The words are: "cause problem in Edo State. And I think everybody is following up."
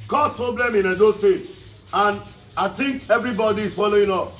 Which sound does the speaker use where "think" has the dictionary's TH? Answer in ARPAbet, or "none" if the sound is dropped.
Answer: T